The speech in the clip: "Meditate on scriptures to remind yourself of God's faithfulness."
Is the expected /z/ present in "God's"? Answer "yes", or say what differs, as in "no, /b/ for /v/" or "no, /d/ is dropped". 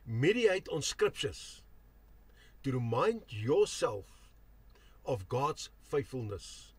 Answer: no, /s/ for /z/